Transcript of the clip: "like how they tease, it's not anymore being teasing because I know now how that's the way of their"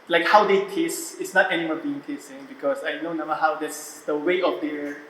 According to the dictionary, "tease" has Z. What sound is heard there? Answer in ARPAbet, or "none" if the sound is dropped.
S